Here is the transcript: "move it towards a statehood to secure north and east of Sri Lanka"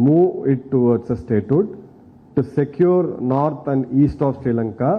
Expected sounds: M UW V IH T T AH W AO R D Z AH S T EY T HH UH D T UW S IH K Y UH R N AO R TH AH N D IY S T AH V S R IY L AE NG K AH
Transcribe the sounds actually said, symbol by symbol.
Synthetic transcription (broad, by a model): M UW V IH T T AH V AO R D S AH S T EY T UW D T UW S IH K Y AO R N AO R T AH N D IY S T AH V S R IY L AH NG K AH